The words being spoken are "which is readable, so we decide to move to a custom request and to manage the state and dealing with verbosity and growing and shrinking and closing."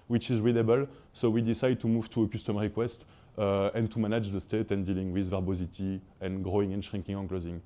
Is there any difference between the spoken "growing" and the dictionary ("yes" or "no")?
no